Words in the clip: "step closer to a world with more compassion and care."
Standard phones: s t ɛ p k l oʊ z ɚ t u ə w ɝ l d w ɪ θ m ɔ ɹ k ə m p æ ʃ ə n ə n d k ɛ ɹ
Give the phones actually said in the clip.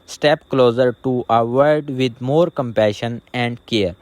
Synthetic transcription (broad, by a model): s t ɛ p k l oʊ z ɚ t u ə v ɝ d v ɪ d m ɔ ɹ k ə m p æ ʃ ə n ə n d k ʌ ɹ